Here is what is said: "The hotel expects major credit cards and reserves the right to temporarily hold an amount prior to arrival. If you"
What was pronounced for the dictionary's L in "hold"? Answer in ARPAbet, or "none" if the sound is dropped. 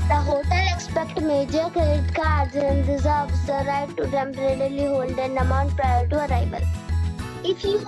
L